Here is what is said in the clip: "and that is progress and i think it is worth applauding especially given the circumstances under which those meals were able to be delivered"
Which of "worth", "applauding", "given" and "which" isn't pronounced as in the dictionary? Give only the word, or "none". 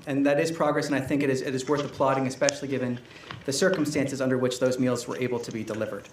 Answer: none